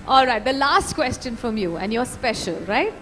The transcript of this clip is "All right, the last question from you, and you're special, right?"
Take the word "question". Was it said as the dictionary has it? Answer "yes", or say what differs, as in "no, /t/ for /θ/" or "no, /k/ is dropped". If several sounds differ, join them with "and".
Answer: yes